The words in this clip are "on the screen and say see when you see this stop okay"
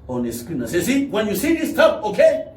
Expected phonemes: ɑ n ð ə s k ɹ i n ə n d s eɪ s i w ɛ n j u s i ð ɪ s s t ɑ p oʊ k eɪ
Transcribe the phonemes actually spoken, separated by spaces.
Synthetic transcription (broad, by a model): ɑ n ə s k i n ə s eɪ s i w ɛ n j u s i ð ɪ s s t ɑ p oʊ k eɪ